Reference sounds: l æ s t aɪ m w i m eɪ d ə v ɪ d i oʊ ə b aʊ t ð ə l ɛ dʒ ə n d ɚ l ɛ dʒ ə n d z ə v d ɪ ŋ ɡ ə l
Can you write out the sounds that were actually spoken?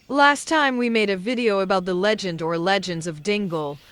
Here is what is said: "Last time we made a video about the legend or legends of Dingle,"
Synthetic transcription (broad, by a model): l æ s t aɪ m w i m eɪ d ə v ɪ d i oʊ ə b aʊ t ð ə l ɛ dʒ ə n d ɚ l ɛ dʒ ə n d z ə v d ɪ ŋ ɡ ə l